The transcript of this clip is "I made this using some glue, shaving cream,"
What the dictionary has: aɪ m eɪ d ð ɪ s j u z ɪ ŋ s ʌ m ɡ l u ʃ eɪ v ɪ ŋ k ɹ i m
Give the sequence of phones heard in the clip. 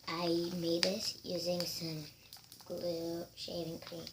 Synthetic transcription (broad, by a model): aɪ m eɪ d ð ɪ s j u z ɪ ŋ s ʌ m ɡ l u ʃ eɪ v ɪ ŋ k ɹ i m